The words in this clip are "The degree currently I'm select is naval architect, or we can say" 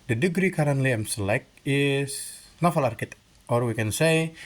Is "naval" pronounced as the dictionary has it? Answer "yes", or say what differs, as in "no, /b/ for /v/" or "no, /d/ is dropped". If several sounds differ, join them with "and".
no, /f/ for /v/